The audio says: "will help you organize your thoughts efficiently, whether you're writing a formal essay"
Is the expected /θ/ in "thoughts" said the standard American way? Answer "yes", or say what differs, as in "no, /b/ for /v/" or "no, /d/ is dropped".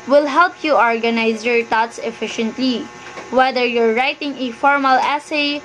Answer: no, /t/ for /θ/